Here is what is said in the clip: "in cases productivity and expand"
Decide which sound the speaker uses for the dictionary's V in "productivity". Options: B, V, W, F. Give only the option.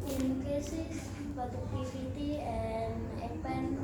F